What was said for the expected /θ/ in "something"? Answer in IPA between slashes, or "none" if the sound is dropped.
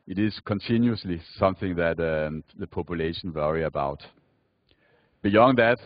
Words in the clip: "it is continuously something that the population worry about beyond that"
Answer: /θ/